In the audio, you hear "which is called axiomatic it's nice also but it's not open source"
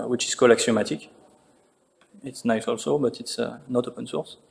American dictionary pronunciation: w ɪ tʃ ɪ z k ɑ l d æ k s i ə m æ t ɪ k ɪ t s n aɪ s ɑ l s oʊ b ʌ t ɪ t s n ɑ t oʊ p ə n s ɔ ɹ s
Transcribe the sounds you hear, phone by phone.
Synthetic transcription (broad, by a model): w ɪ tʃ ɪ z k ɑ l ɑ k s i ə m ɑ t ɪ k ɪ t s n aɪ s ɑ l s oʊ b ʌ t ɪ t s n ɑ t oʊ p ə n s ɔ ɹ s